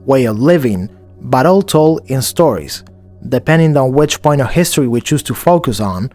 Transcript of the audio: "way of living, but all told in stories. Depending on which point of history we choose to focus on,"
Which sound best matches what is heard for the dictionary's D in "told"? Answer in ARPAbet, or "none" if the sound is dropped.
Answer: none